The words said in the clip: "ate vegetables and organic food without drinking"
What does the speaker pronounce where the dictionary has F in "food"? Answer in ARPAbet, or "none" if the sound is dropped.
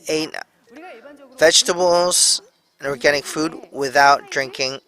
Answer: F